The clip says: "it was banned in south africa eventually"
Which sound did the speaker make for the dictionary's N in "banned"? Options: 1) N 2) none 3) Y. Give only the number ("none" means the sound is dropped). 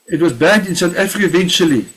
2